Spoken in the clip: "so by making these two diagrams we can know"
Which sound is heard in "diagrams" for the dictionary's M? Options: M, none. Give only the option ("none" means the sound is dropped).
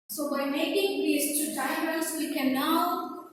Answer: none